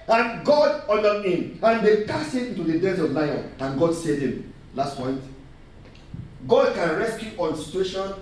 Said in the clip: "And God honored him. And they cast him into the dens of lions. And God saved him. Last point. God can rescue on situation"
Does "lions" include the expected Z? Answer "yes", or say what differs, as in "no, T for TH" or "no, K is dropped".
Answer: no, Z is dropped